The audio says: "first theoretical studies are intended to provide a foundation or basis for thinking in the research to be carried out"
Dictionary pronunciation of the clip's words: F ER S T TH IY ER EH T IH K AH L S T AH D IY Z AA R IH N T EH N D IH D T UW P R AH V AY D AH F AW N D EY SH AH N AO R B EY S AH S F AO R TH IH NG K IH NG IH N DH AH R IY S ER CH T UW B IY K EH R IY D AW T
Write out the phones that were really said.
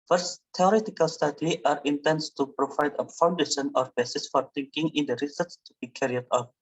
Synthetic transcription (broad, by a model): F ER S T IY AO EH T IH K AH L S T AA D IY AA R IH N T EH N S T UW P R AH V AY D AH F AW N D EY SH AH N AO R B EY S AH S F AO R T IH NG K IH NG IH N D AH R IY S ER S T UW B IY K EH R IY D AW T